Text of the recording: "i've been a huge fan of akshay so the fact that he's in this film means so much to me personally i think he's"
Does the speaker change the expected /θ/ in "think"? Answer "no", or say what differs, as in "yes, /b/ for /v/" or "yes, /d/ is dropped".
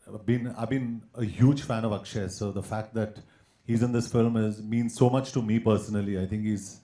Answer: yes, /t/ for /θ/